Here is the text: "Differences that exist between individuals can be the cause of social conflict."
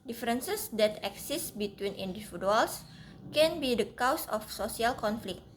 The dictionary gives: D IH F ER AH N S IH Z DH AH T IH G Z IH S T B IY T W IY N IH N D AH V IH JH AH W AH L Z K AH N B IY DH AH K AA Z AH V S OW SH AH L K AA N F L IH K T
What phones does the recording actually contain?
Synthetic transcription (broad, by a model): D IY F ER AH N S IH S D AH T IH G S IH S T B IY T W IY N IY N D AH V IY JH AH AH L S K AH N B IY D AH K AA S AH F S OW S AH L K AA N F L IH K T